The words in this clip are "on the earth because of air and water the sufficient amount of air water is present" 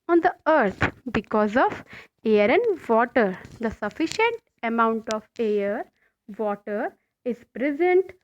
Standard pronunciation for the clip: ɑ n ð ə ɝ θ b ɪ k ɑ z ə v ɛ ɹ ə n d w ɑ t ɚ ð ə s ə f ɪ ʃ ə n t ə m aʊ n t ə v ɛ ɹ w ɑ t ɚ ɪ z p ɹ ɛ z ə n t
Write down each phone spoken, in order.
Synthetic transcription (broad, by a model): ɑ n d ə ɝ t b ɪ k ɑ z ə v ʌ ɹ ə n d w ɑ t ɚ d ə s ə f ɪ ʃ ə n t ə m aʊ n t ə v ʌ ɹ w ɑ t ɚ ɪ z p ɹ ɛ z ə n t